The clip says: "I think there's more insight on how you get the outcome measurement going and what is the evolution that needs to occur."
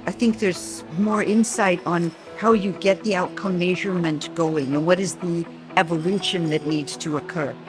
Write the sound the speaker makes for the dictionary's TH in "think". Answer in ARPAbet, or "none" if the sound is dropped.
TH